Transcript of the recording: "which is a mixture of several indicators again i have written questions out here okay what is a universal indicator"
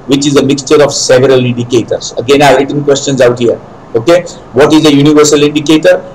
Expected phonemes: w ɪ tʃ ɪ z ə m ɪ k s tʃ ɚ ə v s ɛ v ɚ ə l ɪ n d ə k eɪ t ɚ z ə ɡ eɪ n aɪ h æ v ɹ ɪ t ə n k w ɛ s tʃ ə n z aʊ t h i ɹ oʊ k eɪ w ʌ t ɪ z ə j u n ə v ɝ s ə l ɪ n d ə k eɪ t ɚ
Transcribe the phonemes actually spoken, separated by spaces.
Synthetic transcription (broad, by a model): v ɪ tʃ ɪ z ə m ɪ k s tʃ ɚ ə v s ɛ v ɚ ə l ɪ n d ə k eɪ t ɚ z ə ɡ eɪ n aɪ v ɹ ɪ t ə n k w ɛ s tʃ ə n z aʊ t h i ɹ oʊ k eɪ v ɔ t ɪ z ə j u n ə v ɝ s ə l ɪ n d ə k eɪ t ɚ